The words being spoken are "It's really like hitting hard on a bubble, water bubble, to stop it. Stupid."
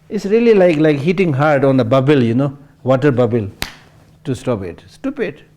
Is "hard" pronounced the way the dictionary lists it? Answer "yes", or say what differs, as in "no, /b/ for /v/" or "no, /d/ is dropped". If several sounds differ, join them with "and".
yes